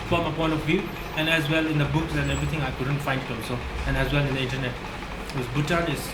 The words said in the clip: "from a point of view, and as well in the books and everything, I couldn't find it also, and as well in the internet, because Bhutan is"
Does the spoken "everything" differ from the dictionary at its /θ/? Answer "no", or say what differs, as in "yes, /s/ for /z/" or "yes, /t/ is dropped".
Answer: yes, /t/ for /θ/